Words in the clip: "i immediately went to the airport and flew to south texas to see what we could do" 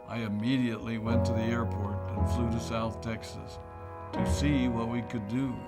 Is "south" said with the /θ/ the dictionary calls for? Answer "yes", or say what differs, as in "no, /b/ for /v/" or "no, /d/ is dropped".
yes